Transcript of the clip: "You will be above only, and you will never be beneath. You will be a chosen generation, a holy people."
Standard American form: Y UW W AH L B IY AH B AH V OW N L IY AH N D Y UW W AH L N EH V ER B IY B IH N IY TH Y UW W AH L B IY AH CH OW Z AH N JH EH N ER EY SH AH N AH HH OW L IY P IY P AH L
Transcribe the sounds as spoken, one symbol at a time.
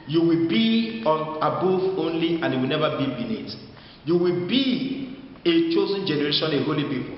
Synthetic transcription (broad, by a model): Y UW W AH L B IY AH B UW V OW N L IY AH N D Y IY W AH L N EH V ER B IY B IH L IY T Y UW W AH L B IY AH CH OW Z AH N JH EH N ER EY SH AH N AH HH OW L IY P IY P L